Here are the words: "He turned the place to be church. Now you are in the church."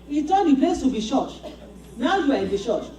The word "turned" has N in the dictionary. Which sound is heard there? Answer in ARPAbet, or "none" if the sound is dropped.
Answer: none